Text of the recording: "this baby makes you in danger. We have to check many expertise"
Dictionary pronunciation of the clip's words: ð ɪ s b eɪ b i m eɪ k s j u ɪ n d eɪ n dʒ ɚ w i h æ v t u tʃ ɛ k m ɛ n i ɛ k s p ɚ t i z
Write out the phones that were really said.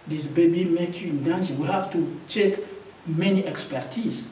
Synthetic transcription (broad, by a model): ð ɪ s b eɪ b i m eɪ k j u ɪ n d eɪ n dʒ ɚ w i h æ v t u tʃ ɛ k m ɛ n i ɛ k s p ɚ t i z